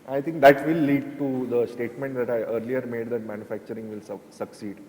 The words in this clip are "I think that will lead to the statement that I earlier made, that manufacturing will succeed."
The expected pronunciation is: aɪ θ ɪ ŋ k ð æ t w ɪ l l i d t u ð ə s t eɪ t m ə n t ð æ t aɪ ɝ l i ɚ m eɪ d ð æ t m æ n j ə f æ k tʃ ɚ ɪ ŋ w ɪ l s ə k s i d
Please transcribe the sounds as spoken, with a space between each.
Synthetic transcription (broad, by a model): aɪ t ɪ ŋ k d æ t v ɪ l l i d t u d ə s t eɪ t m ə n t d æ t aɪ ɝ l i ɚ m eɪ d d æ t m æ n j ə f æ k tʃ ɚ ɪ ŋ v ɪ l s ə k s i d